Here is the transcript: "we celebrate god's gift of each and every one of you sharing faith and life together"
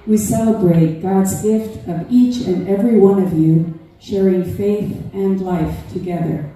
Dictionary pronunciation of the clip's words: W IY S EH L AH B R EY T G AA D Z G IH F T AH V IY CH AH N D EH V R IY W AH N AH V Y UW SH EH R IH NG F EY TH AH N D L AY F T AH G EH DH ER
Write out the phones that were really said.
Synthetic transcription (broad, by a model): W IY S EH L AH B R EY T G AA D Z G IH F T AH V IY CH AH N EH V R IY W AH N AH V Y UW SH EH R IH NG F EY TH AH N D L AY F T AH G EH DH ER